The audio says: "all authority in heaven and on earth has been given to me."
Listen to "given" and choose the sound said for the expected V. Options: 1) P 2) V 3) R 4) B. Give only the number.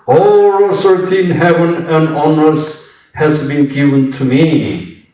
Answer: 2